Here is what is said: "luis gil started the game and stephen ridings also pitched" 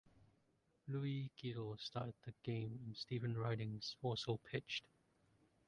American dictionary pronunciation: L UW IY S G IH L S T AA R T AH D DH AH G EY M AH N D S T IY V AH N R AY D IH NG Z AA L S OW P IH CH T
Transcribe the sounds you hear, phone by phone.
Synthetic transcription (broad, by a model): L UW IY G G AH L S T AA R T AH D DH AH G EY M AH N S T IY V AH N R AY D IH NG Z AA S OW P IH CH T